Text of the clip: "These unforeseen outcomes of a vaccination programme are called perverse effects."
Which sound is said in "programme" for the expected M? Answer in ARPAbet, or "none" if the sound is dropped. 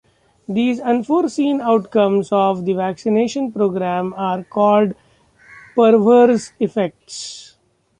M